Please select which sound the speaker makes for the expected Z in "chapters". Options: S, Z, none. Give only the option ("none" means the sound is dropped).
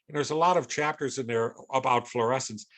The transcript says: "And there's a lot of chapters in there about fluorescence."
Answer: Z